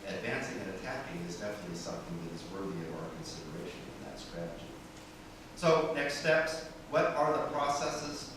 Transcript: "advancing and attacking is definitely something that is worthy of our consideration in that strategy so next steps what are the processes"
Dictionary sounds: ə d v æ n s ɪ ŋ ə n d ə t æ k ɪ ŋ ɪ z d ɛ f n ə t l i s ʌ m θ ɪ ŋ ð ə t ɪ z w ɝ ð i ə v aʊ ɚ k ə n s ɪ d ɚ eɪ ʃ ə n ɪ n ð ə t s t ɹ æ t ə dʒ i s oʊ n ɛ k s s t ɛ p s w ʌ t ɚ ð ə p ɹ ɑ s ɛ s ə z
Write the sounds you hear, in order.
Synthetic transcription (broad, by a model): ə d v æ n s ɪ ŋ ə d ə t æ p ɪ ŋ ɪ z d ɛ f ə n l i s ʌ m θ ɪ ŋ ð ə t ɪ z w ɝ ð i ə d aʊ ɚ k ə n s ɪ d ɚ eɪ ʃ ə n ɪ n ð ə t s t ɹ æ t ə dʒ i s oʊ n ɛ k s s t ɛ p s w ʌ t ɚ ð ə p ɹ ɑ s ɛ s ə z